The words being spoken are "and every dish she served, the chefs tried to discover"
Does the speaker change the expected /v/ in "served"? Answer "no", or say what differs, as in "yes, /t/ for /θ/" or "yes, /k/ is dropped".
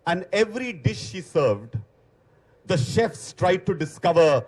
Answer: no